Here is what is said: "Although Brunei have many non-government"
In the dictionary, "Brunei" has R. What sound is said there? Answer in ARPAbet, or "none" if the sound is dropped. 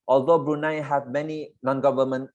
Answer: R